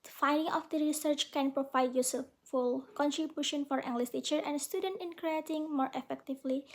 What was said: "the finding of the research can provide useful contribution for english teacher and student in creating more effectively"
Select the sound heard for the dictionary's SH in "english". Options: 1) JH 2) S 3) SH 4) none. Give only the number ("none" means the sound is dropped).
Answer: 2